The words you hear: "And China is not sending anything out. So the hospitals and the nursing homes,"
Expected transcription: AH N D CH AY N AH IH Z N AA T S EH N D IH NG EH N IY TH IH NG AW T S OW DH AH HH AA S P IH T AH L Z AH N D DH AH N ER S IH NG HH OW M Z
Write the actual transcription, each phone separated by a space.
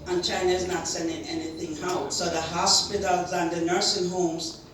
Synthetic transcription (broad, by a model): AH N CH AY N AH IH Z N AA T S EH N D IH NG EH N IY TH IH NG AW T S OW DH AH HH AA S P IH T L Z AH N DH AH N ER S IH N HH OW M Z